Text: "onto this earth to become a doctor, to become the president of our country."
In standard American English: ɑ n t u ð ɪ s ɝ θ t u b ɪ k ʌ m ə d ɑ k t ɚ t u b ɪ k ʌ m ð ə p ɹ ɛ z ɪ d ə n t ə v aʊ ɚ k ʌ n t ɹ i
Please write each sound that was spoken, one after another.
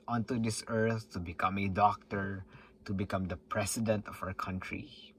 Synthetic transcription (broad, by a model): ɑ n t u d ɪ s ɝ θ t u b ɪ k ʌ m ə d ɑ k t ɚ t u b ɪ k ʌ m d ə p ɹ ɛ s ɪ d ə n t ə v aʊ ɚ k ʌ n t ɹ i